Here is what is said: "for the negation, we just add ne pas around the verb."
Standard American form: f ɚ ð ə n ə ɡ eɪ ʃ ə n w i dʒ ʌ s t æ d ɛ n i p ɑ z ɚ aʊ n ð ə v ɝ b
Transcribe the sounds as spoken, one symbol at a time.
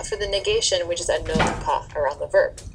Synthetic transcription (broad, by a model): f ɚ ð ə n ə ɡ eɪ ʃ ə n w i dʒ ʌ s t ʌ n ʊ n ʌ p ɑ ɚ aʊ n ð ə v ɝ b